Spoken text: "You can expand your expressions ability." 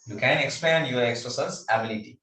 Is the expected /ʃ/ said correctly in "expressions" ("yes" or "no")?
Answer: no